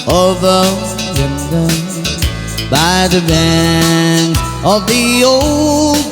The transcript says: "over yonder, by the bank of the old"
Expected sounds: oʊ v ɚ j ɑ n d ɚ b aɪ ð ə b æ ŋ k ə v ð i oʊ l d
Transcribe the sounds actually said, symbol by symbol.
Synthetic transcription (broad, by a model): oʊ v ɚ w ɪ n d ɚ b aɪ ð ə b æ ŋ ə v ð i oʊ l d